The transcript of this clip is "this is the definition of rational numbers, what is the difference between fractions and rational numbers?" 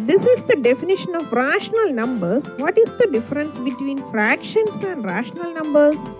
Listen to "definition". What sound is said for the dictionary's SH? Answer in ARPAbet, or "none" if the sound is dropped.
SH